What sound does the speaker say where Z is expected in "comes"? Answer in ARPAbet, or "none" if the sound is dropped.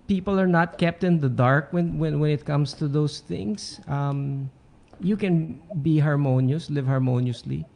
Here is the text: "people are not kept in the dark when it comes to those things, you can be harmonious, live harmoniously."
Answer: S